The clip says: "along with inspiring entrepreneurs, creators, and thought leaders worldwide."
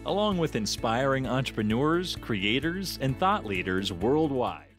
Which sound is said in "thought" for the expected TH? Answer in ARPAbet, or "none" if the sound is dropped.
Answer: TH